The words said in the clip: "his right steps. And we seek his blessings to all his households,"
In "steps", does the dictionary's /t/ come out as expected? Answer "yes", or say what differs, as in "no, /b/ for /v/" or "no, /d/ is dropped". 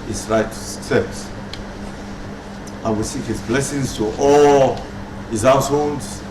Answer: no, /s/ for /t/